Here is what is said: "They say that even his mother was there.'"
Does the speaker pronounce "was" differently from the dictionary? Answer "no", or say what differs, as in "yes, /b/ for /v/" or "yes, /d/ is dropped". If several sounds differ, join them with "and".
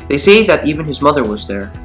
no